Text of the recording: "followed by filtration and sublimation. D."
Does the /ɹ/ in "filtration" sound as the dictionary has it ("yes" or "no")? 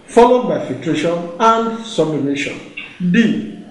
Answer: yes